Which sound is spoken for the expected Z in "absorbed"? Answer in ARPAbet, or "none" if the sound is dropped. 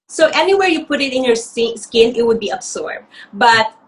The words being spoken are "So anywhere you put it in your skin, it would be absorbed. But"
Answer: S